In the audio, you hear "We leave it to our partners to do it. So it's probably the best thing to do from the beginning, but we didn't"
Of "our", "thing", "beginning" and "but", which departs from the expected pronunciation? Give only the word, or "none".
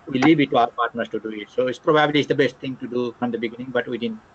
thing